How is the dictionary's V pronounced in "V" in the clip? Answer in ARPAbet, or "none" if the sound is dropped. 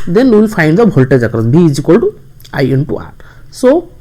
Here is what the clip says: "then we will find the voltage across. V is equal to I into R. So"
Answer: B